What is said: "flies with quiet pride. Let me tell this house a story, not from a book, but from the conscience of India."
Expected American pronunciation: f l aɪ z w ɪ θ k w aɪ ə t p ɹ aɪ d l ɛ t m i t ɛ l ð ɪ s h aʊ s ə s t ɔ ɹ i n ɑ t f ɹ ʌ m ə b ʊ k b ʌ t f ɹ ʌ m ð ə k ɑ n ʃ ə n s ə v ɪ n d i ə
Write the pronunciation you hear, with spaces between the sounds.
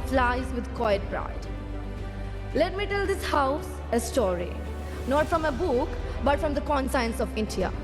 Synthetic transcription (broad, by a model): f l aɪ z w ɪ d k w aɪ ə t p ɹ aɪ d l ɛ t m i t ɛ l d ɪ s h aʊ s ə s t ɔ ɹ i n ɑ t f ɹ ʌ m ə b ʊ k b ʌ t f ɹ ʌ m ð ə k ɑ n s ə n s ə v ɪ n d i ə